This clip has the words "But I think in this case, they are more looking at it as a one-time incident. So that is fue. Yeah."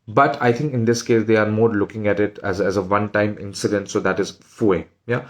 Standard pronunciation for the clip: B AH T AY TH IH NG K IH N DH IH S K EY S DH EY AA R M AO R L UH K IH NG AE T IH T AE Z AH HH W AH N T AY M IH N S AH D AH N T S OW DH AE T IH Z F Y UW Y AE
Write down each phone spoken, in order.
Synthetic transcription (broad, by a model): B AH T AY T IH NG K IH N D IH S K EY S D EY AA R M AO R L UH K IH NG AE T IH T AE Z AH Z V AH N T AY M IH N S AH D AH N T S OW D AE T IH Z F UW Y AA